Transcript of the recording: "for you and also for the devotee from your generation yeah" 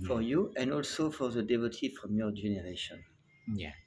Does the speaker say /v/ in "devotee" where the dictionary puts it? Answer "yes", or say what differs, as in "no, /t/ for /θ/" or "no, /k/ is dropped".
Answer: yes